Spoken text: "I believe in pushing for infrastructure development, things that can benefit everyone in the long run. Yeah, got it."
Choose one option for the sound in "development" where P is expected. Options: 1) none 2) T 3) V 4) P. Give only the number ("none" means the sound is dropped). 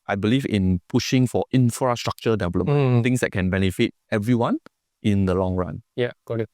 1